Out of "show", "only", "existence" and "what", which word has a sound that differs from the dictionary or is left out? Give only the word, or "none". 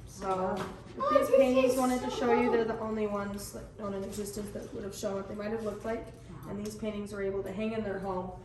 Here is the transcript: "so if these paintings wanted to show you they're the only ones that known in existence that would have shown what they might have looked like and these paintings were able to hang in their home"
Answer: none